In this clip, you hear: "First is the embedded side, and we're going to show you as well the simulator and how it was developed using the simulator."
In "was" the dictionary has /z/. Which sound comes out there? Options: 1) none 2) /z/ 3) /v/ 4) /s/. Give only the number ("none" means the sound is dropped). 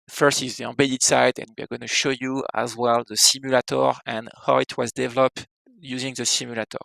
2